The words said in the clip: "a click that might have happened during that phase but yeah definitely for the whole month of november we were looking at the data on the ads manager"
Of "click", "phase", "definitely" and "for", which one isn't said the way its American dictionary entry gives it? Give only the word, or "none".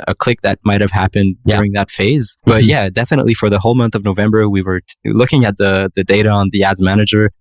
none